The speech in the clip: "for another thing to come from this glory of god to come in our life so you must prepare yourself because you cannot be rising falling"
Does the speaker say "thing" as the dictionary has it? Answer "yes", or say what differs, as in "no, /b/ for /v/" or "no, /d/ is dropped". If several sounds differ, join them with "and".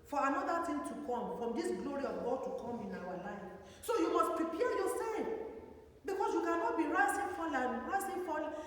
no, /t/ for /θ/